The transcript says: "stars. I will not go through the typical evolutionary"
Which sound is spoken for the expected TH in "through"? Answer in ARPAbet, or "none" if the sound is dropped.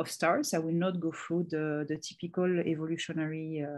F